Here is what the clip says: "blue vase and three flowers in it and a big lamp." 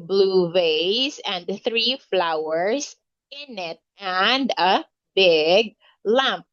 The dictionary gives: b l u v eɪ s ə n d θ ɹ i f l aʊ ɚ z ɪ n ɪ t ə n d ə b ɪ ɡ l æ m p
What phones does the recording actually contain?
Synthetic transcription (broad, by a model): b l u v eɪ s ə n d θ ɹ i f l aʊ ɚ s ɪ n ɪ t ə n d ə b ɪ ɡ l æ m p